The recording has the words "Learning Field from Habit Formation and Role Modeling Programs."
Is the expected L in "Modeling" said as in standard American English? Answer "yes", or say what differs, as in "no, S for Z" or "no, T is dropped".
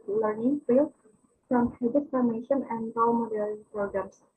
no, L is dropped